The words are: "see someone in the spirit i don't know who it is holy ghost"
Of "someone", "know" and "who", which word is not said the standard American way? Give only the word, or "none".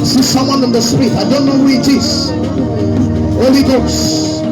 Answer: none